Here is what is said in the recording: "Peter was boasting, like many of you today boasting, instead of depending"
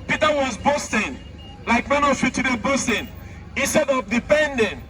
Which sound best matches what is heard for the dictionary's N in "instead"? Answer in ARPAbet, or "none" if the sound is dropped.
N